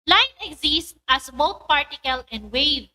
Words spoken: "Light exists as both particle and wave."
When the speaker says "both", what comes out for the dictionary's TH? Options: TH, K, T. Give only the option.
T